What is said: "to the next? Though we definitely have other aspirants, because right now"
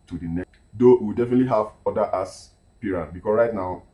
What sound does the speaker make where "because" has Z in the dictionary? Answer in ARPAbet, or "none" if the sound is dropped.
S